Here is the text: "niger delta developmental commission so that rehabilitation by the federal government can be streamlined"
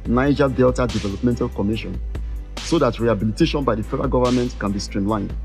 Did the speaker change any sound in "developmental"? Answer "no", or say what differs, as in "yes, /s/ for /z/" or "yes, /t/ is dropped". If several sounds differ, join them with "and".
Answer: no